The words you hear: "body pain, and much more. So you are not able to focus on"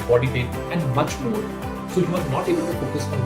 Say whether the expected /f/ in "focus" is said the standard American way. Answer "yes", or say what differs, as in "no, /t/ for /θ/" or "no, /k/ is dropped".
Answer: no, /p/ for /f/